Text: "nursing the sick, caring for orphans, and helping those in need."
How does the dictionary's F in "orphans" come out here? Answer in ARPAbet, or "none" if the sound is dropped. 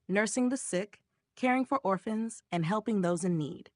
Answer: F